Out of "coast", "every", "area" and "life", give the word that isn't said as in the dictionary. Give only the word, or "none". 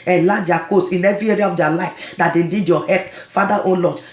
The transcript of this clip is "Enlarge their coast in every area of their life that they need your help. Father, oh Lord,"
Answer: coast